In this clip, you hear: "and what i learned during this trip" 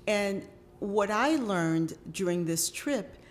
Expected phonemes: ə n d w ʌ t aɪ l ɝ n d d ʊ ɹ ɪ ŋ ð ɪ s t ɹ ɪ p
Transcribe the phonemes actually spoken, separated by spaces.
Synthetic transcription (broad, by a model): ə n w ʌ t aɪ l ɝ n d d ʊ ɹ ɪ ŋ ð ɪ s t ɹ ɪ p